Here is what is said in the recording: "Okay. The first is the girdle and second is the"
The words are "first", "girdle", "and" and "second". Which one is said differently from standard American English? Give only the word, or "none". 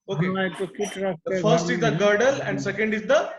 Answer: none